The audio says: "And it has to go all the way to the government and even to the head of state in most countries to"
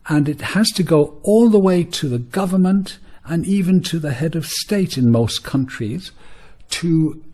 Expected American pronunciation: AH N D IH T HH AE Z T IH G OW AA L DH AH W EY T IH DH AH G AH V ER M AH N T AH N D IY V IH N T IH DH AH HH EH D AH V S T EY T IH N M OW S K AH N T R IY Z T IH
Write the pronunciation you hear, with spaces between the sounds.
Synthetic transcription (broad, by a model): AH N IH T HH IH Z T IH G OW AA L DH AH W EY T IH DH AH G AH V ER M AH N T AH N IY V IH N T IH DH AH HH EH D AH V S T EY T IH N M OW S K AH N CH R IY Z T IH